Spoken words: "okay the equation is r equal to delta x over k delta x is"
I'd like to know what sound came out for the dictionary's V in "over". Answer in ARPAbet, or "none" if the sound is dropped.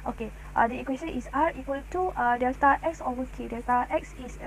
none